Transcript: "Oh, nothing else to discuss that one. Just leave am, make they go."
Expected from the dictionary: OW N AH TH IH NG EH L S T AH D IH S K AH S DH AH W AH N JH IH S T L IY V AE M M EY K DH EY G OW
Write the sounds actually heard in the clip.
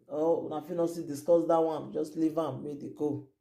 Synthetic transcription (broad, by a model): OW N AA F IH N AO S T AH D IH S K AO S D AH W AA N JH IH S T L IY V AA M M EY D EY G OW